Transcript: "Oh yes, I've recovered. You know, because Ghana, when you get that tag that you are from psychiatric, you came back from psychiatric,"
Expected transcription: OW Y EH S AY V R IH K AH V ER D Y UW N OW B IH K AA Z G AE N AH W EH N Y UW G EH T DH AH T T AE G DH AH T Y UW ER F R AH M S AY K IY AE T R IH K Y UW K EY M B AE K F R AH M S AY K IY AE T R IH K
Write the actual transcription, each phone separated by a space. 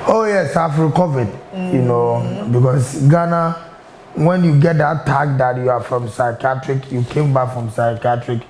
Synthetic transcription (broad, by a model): OW Y EH S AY F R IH K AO V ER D Y UW N OW B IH K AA S G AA N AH W EH N Y UW G EH T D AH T T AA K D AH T Y UW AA F R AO M S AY K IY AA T R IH K Y UW K EY M B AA K F R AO M S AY K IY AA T R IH K